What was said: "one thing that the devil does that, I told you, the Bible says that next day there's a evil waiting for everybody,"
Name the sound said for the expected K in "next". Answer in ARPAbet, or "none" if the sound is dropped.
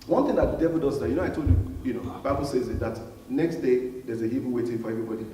K